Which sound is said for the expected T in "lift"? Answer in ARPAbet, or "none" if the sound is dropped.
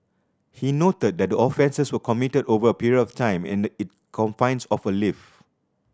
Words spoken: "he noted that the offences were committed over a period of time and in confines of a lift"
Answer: none